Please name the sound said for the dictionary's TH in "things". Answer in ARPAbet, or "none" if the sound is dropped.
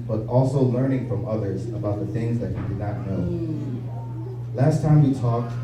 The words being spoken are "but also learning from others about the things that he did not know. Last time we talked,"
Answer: TH